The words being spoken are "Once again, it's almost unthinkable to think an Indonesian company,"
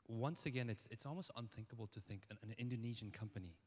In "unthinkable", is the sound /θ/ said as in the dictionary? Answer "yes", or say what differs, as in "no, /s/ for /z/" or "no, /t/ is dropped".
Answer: yes